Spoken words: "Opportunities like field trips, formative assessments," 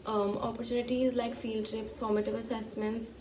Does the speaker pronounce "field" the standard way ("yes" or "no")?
yes